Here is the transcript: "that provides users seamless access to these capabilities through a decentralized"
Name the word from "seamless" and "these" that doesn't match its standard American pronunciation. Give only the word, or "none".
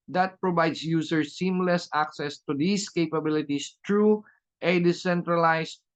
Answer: these